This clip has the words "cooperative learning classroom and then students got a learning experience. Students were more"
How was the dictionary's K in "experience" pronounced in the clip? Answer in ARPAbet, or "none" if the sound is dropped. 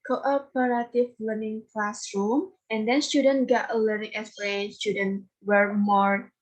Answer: none